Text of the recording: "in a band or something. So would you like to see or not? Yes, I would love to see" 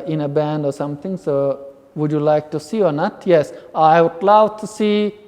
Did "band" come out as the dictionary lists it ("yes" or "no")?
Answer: yes